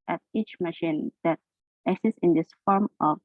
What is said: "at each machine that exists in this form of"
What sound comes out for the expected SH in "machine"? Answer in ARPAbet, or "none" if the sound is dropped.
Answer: SH